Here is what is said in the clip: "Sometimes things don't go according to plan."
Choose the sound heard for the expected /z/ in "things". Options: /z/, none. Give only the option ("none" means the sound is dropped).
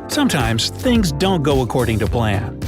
/z/